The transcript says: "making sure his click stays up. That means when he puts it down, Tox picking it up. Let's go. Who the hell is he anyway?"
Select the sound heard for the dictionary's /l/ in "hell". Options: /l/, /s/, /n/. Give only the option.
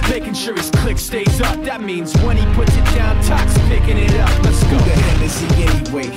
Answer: /n/